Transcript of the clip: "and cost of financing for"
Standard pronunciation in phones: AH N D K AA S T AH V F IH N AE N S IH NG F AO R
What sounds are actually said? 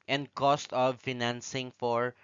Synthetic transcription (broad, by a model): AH N D K AA S T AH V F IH N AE N S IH NG F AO R